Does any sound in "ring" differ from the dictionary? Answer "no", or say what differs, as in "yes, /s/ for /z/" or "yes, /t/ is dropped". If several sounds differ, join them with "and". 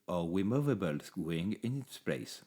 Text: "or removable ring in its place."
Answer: yes, /w/ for /ɹ/